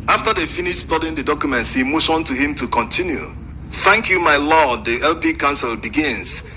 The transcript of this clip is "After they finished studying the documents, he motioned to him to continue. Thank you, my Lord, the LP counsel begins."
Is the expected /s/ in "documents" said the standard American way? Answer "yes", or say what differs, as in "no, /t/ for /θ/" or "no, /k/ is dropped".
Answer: yes